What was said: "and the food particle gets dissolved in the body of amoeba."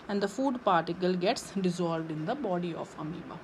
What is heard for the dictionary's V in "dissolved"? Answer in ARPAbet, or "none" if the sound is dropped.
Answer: V